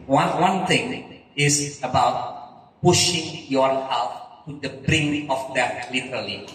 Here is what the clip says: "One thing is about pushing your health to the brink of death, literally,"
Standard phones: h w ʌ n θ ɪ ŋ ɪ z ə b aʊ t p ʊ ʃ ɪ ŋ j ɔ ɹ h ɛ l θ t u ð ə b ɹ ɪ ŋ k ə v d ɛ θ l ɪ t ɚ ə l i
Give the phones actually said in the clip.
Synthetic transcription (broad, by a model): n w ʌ n t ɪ ŋ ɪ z ə b aʊ t p ʊ ʃ ɪ ŋ j ɔ ɹ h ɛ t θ t u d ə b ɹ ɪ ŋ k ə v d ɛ t l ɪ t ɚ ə l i